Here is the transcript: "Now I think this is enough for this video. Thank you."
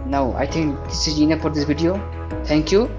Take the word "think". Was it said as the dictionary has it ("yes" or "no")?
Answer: no